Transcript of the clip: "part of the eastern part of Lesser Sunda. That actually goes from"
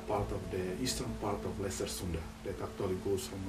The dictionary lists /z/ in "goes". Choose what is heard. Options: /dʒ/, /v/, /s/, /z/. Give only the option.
/s/